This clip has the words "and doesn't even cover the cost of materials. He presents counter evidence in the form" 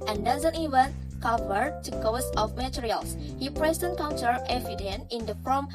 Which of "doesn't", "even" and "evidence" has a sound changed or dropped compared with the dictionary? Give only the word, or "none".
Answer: evidence